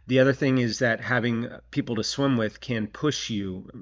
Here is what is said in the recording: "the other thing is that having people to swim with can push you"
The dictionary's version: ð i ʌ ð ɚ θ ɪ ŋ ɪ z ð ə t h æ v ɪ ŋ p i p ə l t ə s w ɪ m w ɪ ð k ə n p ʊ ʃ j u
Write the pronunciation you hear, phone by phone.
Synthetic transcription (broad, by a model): ð i ʌ ð ɚ θ ɪ ŋ ɪ z ð ə t h æ v ɪ ŋ p i p l t ə s w ɪ m w ɪ ð k ə n p ʊ ʃ j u